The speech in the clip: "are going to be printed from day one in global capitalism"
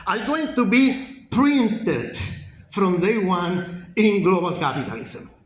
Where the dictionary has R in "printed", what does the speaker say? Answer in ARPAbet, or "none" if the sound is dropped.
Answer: R